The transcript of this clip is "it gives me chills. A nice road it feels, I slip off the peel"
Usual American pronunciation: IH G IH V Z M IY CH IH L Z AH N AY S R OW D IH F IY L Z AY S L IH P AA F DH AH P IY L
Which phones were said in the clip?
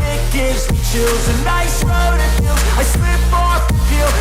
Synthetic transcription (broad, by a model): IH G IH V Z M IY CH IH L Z AH N AY S R OW D IH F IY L AY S W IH B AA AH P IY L